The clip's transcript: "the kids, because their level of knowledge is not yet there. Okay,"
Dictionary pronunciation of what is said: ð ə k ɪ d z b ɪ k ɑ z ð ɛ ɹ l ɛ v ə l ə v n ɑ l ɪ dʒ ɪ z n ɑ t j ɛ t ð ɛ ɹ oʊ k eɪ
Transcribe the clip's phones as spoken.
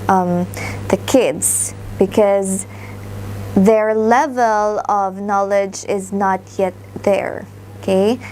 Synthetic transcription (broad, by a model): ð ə k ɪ d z b ɪ k ɑ z ð ɛ ɹ l ɛ v ə l ə v n ɑ l ɪ dʒ ɪ z n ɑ t j ɛ t ð ɛ ɹ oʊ k eɪ